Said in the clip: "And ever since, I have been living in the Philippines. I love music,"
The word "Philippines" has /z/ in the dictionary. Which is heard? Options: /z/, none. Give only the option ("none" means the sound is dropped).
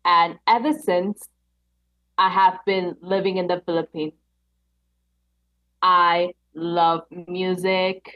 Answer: none